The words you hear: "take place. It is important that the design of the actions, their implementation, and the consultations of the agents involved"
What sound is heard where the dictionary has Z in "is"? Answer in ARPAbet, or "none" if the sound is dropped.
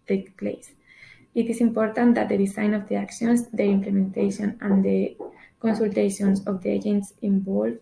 S